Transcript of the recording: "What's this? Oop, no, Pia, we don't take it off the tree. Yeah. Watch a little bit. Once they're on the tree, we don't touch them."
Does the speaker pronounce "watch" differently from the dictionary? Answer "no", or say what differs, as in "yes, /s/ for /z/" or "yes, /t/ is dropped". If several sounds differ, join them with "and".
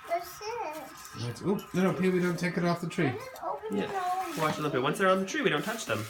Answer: yes, /tʃ/ is dropped